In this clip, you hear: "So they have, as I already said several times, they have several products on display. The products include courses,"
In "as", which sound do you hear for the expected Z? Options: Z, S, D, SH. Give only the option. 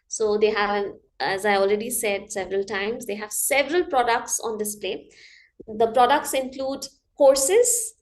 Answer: Z